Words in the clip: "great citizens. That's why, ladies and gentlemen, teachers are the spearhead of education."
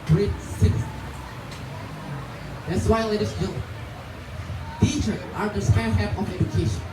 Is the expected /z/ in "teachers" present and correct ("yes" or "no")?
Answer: no